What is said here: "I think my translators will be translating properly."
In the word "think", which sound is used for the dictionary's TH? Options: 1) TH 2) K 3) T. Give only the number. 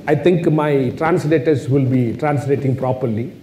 3